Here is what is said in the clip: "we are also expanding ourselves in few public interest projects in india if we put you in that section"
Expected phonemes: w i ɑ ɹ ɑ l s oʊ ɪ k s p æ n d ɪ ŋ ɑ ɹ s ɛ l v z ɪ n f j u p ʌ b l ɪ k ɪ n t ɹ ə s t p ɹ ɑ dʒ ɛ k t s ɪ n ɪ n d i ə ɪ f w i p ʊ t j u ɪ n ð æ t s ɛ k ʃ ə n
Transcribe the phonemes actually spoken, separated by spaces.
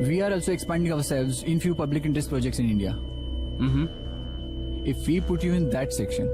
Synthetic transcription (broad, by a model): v i ɑ ɹ ɑ l s oʊ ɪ k s p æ n d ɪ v ɑ ɹ s ɛ l v z ɪ n f j u p ʌ b l ɪ k ɪ n t ɹ ə s t p ɹ ɑ dʒ ɛ k t s ɪ n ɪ n d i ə ɪ f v i p ʊ t j u ɪ n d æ t s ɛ k ʃ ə n